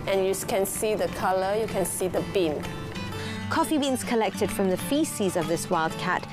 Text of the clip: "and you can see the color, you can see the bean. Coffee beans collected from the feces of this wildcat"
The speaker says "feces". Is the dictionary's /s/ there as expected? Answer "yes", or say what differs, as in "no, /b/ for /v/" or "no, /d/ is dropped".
yes